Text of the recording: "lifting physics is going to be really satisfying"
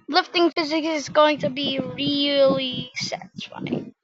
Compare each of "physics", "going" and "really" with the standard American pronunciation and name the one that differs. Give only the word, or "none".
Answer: none